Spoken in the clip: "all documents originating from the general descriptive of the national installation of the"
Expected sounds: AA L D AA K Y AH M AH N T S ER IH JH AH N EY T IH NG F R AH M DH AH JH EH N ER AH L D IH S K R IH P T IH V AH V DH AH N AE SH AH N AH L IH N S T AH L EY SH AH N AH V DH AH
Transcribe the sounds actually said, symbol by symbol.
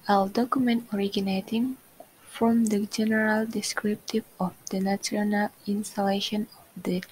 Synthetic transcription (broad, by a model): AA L D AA K Y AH M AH N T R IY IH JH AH N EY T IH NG F R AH M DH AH JH EH N ER AH L D IH S K R IH P T IH V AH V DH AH N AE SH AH N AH L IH N S T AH L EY SH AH N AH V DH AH